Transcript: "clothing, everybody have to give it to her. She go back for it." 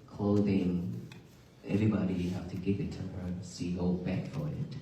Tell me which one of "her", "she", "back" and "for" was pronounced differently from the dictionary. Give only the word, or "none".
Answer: she